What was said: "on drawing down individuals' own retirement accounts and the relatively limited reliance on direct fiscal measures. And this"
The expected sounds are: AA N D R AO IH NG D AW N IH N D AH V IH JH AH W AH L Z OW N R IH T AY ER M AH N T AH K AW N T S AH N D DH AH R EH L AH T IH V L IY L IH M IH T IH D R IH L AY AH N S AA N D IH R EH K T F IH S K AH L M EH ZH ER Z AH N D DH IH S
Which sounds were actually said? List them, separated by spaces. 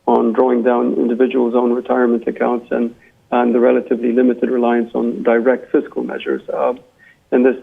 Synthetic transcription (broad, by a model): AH N D R AO IH NG D AW N IH N D AH V IH JH AH W AH L Z OW N R IH T AY ER M AH N T AH K AW N T S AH N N DH AH R EH L AH T IH V L IY L IH M IH T IH D R IH L AY AH N S N D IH R EH K T F IH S K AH L M EH ZH ER Z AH N DH IH S